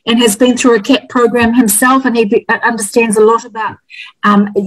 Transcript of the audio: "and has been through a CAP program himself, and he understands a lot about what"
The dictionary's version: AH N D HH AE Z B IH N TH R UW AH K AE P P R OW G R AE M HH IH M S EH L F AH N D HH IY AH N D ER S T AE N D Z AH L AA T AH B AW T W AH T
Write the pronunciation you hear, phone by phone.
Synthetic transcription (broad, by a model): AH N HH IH Z B IH N TH R UW AH K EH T P R OW G R AE M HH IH M S EH L F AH N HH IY AH N D ER S T AE N D Z AH L AA T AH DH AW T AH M